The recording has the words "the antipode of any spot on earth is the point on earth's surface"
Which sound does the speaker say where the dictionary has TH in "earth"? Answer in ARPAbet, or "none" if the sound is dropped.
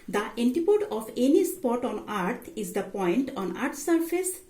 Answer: T